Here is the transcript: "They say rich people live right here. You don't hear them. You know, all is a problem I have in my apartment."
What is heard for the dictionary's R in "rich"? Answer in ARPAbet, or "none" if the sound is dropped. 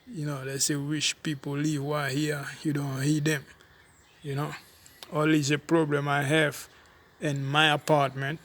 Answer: W